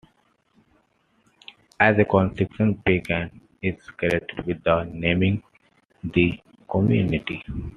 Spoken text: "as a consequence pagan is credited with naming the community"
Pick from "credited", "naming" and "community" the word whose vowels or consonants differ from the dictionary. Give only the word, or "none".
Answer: credited